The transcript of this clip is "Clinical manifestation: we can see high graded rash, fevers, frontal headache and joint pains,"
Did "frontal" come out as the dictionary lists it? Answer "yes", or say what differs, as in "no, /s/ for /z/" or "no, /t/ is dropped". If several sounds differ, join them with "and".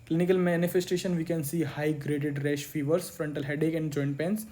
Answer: yes